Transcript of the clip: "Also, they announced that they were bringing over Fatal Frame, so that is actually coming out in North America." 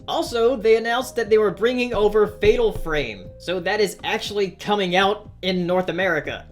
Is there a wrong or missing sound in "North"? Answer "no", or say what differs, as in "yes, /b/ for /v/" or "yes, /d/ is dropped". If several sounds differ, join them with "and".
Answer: no